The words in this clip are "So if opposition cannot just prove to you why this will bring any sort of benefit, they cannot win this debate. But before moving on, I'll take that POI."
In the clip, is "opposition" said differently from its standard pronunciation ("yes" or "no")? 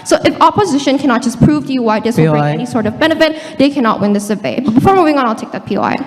no